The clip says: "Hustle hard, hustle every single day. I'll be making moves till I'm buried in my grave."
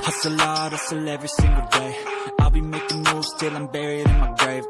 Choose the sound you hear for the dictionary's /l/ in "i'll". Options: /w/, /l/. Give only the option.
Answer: /l/